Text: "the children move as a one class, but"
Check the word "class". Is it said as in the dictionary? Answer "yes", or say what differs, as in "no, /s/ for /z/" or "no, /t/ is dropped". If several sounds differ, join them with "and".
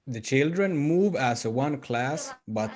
yes